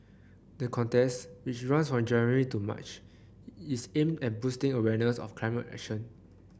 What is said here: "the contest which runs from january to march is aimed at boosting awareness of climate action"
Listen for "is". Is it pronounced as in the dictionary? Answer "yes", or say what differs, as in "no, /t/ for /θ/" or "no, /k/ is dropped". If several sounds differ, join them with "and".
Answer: no, /s/ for /z/